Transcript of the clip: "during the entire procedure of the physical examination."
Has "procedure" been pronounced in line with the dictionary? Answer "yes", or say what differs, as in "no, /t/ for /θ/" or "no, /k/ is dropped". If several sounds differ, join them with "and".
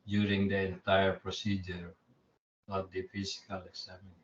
yes